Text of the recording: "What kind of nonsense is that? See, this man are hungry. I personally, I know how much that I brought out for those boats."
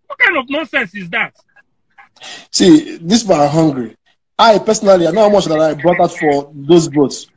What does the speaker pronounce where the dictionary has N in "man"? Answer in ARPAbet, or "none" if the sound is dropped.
none